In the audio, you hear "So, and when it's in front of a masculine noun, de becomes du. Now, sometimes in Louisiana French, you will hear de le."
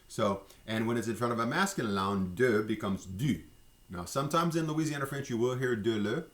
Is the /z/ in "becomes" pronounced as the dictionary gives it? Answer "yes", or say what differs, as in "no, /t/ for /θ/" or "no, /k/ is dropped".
yes